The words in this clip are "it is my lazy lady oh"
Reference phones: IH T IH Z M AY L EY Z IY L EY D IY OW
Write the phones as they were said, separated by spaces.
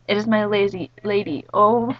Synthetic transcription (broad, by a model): IH T IH Z M AY L EY Z IY L EY D IY OW